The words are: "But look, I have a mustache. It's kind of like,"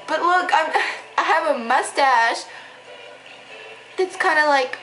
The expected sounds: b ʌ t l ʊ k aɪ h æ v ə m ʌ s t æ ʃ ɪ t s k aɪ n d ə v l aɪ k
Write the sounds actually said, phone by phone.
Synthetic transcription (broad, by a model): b ʌ t l ʊ k aɪ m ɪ v ə m ʌ s t æ ʃ ɪ t s k aɪ n d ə l aɪ k